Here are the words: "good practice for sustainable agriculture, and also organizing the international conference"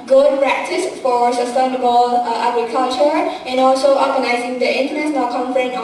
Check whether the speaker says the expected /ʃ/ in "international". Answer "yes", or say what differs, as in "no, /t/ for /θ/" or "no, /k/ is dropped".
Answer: no, /s/ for /ʃ/